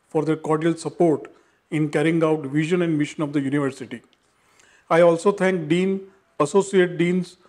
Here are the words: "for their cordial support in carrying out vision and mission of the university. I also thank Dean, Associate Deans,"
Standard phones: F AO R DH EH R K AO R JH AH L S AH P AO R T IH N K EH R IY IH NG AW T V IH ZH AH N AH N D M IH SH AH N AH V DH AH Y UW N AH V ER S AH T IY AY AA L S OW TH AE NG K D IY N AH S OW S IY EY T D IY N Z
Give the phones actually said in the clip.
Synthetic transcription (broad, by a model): F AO R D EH R K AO R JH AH L S AH P AO R T IH N K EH R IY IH NG AW T V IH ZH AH N AH N D M IH SH AH N AH V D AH Y UW N AH V ER S AH T IY AY AA L S OW T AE NG K D IY N AH S OW S IY EY T D IY N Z